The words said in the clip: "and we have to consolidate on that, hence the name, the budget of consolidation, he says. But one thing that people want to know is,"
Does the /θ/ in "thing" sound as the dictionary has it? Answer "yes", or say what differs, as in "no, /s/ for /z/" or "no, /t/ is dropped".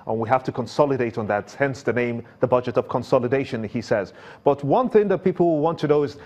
yes